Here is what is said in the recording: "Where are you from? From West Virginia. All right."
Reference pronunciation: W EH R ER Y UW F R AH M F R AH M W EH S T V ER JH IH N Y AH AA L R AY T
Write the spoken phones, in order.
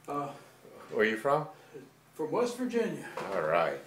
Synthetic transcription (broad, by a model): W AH R Y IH F R AH M F R AH M W EH S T V ER JH IH N Y AH AA L R AY T